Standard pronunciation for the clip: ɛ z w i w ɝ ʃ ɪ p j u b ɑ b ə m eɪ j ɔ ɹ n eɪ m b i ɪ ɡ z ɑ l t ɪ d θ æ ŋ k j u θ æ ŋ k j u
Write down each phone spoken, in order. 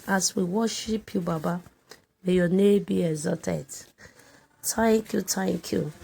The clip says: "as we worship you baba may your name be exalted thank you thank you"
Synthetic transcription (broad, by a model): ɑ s w i w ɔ ʃ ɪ p j u b ɑ b ə m eɪ j ɔ n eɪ b i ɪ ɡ z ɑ t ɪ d t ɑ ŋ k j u t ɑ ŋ k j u